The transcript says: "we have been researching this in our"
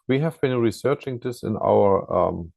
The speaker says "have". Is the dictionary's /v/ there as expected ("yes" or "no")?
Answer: yes